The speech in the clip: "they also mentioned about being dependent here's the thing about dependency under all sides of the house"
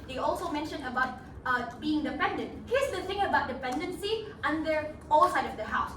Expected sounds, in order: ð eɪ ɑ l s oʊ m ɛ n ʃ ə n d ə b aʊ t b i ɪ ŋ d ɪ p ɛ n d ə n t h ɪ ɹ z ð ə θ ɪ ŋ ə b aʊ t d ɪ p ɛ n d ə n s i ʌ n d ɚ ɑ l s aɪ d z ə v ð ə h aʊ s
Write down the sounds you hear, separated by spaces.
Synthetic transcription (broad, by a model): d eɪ ɑ l s oʊ m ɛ n ʃ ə n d ə b aʊ t b i ɪ ŋ d ɪ p ɛ n d ə n t h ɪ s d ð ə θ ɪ ŋ ə b aʊ t d ɪ p ɛ n d ə n s i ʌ n d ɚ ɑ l s aɪ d ə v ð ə h aʊ s